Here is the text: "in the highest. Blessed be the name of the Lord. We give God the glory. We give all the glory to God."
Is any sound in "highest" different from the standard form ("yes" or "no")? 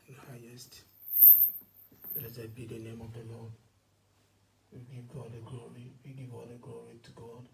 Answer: no